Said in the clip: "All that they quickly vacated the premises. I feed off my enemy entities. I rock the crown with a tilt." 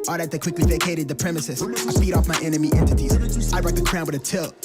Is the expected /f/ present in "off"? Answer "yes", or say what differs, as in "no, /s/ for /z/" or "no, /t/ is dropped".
yes